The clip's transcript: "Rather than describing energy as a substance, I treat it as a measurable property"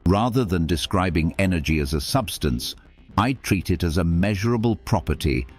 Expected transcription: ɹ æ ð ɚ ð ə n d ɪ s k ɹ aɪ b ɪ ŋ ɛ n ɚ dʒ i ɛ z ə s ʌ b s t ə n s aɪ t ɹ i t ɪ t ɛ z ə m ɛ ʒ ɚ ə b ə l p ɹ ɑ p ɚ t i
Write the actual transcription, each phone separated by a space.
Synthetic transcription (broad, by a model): ɹ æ ð ɚ ð ə n d ɪ s k ɹ aɪ b ɪ ŋ ɛ n ɚ dʒ i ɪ z ə s ʌ b s t ə n s aɪ t ɹ i t ɪ t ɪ z ə m ɛ ʒ ɚ ə b ə l p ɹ ɑ p ɚ t i